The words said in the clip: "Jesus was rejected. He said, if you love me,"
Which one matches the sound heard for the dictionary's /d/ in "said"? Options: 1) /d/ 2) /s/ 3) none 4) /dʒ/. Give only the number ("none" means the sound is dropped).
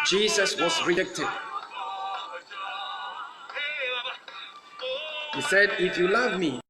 1